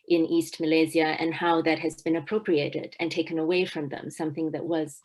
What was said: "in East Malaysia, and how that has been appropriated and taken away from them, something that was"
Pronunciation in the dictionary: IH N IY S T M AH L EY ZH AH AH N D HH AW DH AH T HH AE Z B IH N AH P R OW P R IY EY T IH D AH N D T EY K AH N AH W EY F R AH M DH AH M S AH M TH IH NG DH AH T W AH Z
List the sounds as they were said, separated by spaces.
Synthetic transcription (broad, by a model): IH N IY S T M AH L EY Z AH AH N HH AW DH AH T HH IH Z B IH N AH P R OW P R IY EY T IH D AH N T EY K AH N AH W EY F R AH M DH AH M S AH M TH IH NG DH AH T W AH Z